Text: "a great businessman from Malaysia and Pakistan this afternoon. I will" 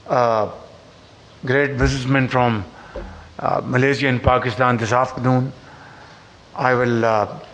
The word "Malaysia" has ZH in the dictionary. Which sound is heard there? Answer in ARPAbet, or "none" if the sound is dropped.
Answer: Z